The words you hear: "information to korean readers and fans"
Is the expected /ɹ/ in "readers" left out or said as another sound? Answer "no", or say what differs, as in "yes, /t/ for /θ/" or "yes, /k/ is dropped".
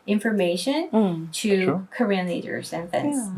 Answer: yes, /l/ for /ɹ/